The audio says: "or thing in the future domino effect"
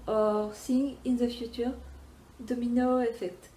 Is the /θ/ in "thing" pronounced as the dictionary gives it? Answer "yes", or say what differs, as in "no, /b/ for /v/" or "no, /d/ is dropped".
no, /s/ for /θ/